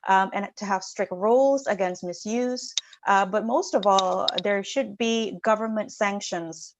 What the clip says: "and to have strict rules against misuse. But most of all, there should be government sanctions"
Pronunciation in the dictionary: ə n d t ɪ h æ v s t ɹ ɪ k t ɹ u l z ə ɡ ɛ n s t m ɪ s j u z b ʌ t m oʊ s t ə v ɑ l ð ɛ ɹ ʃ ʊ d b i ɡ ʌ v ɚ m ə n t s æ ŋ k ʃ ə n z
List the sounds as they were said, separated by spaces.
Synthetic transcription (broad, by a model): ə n t ɪ h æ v s t ɹ ɪ k t ɹ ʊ l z ə ɡ ɛ n s t m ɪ s j u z b ʌ t m oʊ s t ə v ɑ l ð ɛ ɹ ʃ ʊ d b i ɡ ʌ v ɚ m ə n t s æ ŋ k ʃ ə n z